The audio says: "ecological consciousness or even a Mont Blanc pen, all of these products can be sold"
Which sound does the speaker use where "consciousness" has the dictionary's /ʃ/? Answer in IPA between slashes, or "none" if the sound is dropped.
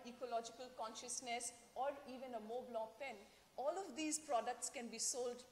/ʃ/